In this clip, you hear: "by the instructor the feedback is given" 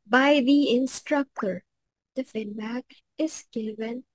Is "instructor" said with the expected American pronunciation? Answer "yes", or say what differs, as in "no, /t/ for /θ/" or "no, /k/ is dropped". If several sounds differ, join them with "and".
yes